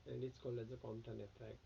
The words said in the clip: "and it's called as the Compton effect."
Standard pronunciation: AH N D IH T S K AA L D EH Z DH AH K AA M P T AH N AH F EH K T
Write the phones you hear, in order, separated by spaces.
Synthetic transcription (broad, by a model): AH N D IH T S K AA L EH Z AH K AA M T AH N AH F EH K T